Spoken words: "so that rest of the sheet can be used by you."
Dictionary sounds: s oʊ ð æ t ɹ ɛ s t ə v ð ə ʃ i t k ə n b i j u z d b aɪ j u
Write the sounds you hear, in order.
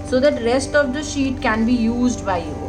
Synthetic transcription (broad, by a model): s oʊ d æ t ɹ ɛ s t ə v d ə ʃ i t k ə n b i j u z d b aɪ j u